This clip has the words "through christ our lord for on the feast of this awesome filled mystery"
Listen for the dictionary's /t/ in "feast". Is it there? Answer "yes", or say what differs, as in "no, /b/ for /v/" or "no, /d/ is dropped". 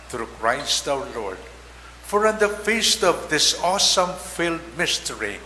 yes